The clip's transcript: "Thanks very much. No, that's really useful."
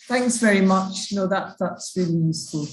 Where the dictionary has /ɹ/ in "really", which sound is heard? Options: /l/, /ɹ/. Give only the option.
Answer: /ɹ/